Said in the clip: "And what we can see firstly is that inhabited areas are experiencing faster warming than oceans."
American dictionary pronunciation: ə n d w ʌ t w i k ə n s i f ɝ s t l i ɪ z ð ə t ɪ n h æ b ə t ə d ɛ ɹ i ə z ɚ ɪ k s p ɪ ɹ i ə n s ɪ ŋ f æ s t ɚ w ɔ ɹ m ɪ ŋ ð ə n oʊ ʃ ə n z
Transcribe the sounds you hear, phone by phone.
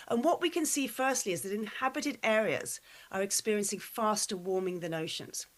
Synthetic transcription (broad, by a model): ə n w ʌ t w i k ə n s i f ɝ s t l i ɪ z ð ə t ɪ n h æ b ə t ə d ɛ ɹ i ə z ɚ ɪ k s p ɪ ɹ i ə n s ɪ ŋ f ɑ s t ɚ w ɔ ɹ m ɪ ŋ ð ə n oʊ ʃ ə n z